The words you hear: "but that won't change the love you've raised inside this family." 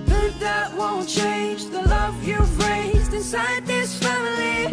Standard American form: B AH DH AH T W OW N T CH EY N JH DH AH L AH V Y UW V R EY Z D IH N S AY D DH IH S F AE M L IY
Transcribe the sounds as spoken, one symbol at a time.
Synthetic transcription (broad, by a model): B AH DH AH T W OW N CH EY N JH DH AH L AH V Y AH B R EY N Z IH N S AY D DH IH S F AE M L IY